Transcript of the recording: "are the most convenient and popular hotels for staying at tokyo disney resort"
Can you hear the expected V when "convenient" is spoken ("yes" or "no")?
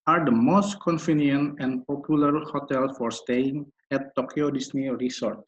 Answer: no